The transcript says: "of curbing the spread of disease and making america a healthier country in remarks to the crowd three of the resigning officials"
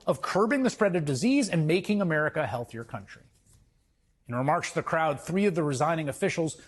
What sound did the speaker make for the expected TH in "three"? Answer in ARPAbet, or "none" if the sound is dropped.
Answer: TH